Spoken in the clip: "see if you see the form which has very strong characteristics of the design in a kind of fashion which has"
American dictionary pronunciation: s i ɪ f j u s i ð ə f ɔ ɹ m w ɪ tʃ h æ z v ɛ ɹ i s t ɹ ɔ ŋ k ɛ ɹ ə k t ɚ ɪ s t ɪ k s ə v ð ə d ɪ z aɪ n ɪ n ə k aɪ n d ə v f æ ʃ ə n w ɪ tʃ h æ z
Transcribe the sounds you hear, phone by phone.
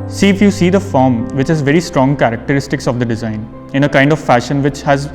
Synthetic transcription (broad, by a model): s i ɪ f j u s i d ə f ɔ ɹ m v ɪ tʃ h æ z v ɛ ɹ i s t ɹ ɔ ŋ k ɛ ɹ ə k t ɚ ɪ s t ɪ k s ə v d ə d ɪ z aɪ n ɪ n ə k aɪ n d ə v f æ ʃ ə n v ɪ tʃ h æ z